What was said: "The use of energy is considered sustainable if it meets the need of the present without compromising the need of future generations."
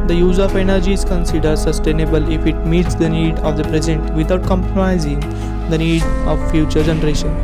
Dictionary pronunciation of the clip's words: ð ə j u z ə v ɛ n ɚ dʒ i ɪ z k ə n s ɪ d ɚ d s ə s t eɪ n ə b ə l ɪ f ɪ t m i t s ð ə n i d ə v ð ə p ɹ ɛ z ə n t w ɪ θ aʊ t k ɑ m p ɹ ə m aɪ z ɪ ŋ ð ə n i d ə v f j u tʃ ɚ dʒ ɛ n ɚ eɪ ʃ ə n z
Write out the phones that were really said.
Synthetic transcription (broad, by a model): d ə j u z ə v ɛ n ɚ dʒ i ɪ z k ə n s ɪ d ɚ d s ə s t eɪ n ə b ə l ɪ f ɪ t m i t s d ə n i d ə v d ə p ɹ ɛ z ə n t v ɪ t aʊ t k ɑ m p ɹ ə m aɪ z ɪ ŋ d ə n i d ə v f j u tʃ ɚ dʒ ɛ n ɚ eɪ ʃ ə n